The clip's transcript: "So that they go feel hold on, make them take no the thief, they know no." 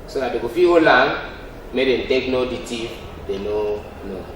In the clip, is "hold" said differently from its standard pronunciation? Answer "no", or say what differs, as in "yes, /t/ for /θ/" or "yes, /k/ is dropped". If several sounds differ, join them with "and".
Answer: yes, /d/ is dropped